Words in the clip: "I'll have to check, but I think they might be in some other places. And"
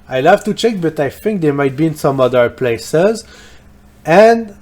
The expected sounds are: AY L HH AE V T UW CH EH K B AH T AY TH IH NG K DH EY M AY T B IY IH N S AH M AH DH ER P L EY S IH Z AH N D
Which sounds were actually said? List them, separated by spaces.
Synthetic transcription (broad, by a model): AY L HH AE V T UW CH EH K B AH T AY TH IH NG K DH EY M AY T B IY IH N S AH M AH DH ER P L EY S IH Z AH N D